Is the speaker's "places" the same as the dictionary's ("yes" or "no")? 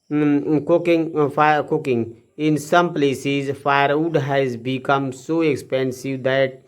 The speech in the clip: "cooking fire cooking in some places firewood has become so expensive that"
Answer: yes